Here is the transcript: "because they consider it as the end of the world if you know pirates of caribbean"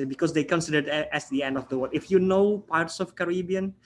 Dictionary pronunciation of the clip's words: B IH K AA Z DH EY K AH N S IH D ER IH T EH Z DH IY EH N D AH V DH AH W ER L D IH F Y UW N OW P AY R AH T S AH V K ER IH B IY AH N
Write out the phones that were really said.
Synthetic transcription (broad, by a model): B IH K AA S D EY K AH N S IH D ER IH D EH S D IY EH N D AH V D AH W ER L IH F Y UW N OW P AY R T S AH F K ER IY B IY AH N